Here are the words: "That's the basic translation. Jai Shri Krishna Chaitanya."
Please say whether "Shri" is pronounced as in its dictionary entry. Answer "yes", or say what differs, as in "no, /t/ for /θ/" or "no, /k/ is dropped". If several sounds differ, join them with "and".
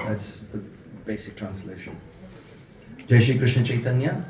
no, /ɹ/ is dropped